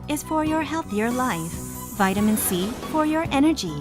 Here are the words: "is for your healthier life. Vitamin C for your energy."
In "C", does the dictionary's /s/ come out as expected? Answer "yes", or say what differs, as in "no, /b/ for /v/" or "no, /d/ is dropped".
yes